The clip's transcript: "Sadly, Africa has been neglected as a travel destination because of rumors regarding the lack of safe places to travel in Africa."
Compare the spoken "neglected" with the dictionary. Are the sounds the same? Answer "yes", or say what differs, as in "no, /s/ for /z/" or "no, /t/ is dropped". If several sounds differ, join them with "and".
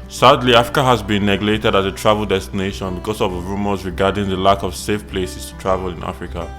no, /k/ is dropped